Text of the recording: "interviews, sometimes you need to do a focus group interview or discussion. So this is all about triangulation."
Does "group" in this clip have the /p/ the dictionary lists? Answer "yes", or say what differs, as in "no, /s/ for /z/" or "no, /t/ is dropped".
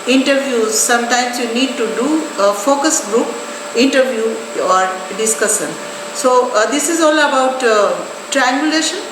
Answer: yes